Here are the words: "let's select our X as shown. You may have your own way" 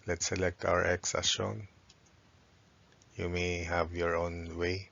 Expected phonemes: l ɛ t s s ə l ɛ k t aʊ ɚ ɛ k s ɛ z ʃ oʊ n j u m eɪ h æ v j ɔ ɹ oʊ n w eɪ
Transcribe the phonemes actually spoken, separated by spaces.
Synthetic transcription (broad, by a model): l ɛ t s s ə l ɛ k t aʊ ɚ ɛ k s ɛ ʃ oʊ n j u m eɪ h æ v j ɔ ɹ oʊ n w eɪ